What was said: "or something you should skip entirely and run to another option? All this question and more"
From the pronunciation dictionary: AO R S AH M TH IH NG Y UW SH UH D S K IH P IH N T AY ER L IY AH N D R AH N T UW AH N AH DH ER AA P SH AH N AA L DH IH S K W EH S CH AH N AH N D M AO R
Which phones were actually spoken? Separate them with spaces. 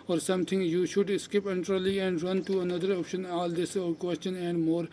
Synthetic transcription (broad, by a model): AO R S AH M T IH NG Y UW SH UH D S K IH P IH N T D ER L IY AH N D R AH N T UW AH N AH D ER AA P SH AH N AA L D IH S K W EH S CH AH N AH N D M AO R